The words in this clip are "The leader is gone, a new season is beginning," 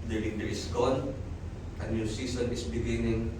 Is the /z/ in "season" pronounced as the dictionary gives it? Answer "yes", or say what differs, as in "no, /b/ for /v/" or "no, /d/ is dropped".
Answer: no, /s/ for /z/